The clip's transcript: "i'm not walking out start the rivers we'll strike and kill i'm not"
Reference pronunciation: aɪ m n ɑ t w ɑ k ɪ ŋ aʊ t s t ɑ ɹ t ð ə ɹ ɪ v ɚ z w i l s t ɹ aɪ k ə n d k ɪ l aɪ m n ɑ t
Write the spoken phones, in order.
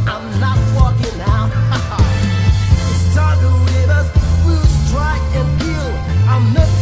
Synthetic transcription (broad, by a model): aɪ m n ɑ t w ɑ k ɪ ŋ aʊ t s t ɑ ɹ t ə w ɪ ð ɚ s w i l s t ɹ aɪ k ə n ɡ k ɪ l aɪ m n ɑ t